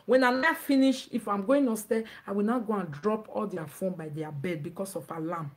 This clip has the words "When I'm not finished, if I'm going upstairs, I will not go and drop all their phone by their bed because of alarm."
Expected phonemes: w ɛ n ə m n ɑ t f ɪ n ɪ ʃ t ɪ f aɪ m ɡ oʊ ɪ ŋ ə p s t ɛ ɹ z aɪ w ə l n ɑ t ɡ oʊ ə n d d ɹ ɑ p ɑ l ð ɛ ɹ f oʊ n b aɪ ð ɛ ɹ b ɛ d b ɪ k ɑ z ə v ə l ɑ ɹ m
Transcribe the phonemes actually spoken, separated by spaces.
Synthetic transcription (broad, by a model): w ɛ n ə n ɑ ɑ f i n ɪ ʃ ɪ f aɪ m ɡ oʊ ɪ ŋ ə s t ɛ aɪ w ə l n ɑ ɡ oʊ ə n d d ɹ ɑ p ɑ l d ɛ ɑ f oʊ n b aɪ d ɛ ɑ b ɛ d b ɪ k ɑ s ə f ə l ɑ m